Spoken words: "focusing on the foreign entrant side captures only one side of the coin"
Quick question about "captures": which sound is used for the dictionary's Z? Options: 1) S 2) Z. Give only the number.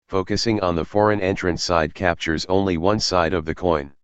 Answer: 2